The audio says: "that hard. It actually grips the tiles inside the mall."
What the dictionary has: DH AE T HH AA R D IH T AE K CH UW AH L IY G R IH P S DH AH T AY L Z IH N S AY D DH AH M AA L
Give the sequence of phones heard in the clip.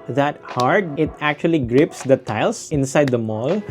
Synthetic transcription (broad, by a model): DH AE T HH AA R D IH T AE K CH UW AH L IY G R IH P S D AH T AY L S IH N S AY D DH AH M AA L